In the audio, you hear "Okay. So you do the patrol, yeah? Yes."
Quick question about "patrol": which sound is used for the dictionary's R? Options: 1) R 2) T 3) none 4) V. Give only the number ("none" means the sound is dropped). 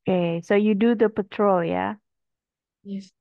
1